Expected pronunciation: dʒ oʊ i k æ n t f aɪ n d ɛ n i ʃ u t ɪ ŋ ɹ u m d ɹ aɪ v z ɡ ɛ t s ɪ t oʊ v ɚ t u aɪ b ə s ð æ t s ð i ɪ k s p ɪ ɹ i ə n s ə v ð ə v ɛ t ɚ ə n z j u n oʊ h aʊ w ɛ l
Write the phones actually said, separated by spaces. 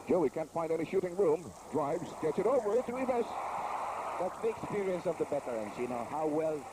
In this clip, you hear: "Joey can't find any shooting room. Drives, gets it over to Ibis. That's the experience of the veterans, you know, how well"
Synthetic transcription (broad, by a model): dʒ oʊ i k æ n t f aɪ n d ɛ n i ʃ u t ɪ ŋ ɹ u m d ɹ aɪ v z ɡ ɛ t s ɪ t oʊ v ɚ t u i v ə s ð æ t s ð i ɪ k s p ɪ ɹ i ə n s ə v ð ə b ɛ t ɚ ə n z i n oʊ h aʊ w ɛ l